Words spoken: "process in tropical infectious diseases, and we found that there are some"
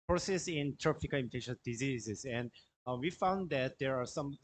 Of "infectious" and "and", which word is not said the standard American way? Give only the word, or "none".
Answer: infectious